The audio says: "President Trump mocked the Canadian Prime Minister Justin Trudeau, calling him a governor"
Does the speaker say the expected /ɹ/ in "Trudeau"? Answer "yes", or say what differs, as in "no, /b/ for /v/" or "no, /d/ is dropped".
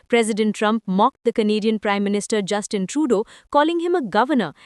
yes